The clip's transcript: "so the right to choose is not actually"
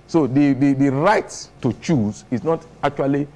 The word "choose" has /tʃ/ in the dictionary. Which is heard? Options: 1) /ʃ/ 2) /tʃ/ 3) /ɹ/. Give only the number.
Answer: 2